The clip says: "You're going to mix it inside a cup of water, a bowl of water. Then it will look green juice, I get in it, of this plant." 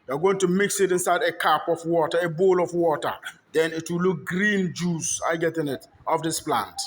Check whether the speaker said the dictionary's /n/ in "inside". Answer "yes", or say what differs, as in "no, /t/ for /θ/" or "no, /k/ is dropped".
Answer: yes